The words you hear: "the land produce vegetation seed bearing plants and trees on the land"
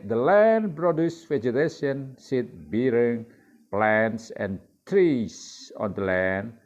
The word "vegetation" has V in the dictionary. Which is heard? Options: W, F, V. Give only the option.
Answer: F